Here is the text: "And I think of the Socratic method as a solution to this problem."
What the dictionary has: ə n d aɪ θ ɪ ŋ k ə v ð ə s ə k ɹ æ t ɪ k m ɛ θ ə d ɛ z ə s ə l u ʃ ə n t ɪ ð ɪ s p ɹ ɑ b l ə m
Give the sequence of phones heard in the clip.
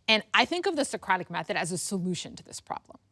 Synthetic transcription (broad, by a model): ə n aɪ θ ɪ ŋ k ə v ð ə s ə k ɹ æ t ɪ k m ɛ θ ə d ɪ z ə s ə l u ʃ ə n t ɪ ð ɪ s p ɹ ɑ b l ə m